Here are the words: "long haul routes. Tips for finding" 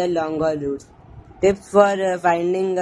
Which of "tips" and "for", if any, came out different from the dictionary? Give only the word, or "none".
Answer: tips